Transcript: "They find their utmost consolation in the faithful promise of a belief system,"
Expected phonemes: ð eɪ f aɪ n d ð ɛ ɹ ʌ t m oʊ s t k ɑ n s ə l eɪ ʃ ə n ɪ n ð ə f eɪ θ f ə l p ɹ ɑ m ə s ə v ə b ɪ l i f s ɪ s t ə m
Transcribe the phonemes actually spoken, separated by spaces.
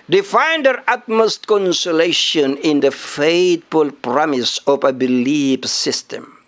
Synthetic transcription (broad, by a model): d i f aɪ n d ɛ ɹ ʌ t m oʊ s t k ɑ n s ə l eɪ ʃ ə n ɪ n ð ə f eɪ t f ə l p ɹ ɑ m ə s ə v ə b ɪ l i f s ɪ s t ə m